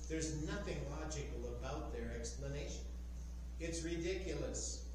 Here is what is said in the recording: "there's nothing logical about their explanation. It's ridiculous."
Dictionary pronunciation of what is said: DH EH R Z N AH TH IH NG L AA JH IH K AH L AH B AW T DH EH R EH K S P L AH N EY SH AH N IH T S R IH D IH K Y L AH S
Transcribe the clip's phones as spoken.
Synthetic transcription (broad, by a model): DH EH R Z N AH TH IH NG L AA JH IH K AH L AH B AW T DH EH R EH K S P L AH N EY SH AH N IH T S R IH D IH K Y L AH S